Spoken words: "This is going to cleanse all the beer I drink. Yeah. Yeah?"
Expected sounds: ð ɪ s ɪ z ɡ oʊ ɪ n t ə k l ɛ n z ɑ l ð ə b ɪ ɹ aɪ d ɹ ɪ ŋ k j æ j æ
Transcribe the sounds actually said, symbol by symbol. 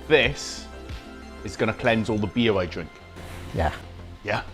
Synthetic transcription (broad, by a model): ð ɪ s ɪ z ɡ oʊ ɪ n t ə k l ɛ n z ɑ l ð ə b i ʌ aɪ d ɹ ɪ ŋ k j æ j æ